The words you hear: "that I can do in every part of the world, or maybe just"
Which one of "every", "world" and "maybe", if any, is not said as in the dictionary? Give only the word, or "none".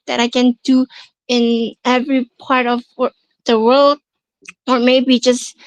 none